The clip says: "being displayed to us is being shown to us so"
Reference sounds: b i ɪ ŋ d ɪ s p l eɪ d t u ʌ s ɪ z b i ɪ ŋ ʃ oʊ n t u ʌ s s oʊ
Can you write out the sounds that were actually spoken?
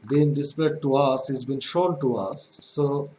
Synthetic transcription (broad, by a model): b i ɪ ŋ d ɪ s p eɪ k t u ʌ s ɪ z b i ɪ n ʃ oʊ n t u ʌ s s oʊ